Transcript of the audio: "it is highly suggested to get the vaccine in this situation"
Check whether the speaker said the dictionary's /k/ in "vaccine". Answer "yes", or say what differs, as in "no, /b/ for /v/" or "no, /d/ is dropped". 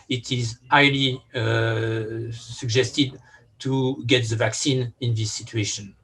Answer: yes